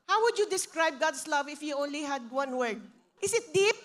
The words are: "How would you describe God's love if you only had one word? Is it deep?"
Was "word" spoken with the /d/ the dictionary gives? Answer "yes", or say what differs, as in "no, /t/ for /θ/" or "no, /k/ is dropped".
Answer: yes